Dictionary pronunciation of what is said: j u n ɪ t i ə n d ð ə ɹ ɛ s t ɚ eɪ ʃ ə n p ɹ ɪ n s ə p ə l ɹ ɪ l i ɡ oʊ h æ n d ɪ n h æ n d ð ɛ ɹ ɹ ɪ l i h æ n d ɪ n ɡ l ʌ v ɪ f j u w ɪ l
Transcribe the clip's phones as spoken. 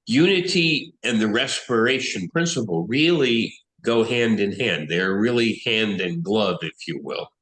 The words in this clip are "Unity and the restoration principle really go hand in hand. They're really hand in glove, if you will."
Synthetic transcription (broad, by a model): j u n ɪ t i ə n ð ə ɹ ɛ s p ɚ eɪ ʃ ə n p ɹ ɪ n s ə p l ɹ ɪ l i ɡ oʊ h æ n d ɪ n h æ n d ð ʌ ɹ ɹ ɪ l i h æ n d ɪ n ɡ l ʌ v ɪ f j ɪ w ɪ l